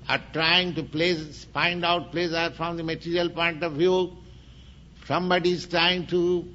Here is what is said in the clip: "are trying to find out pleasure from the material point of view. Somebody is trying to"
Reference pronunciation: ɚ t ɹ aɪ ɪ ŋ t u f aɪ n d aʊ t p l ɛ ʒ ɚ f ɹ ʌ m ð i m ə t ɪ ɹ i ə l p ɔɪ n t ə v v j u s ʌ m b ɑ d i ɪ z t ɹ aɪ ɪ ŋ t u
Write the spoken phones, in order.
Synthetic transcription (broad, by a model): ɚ t ɹ aɪ ɪ ŋ t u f aɪ n d aʊ t p l ɛ s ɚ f ɹ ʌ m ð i m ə t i ɹ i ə l p ɔɪ n t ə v v j u s ʌ m b ɑ d i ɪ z t ɹ aɪ ɪ ŋ t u